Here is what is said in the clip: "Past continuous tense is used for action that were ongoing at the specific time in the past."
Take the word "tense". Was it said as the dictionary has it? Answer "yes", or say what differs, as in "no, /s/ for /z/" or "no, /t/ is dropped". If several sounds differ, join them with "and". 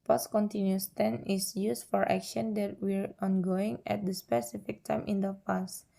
no, /s/ is dropped